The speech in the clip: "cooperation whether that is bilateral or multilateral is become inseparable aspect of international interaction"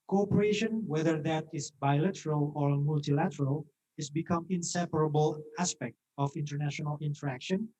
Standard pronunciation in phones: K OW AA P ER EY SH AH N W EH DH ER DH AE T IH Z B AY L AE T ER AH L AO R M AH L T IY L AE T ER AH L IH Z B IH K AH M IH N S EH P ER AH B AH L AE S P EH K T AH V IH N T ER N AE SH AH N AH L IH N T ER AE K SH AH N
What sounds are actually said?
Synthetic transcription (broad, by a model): K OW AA P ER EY SH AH N W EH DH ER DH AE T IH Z B AY L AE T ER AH L AO R M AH L T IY L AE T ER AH L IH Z B IH K AH M IH N S EH P ER AH B AH L AE S P EH K T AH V IH N T ER N AE SH AH N AH L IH N T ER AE K SH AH N